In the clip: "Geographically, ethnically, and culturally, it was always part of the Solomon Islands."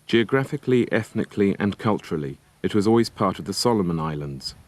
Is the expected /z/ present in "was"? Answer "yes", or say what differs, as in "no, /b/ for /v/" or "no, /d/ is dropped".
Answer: yes